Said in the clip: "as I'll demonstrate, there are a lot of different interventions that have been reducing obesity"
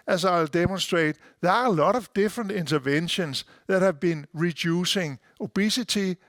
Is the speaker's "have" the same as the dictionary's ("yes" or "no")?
yes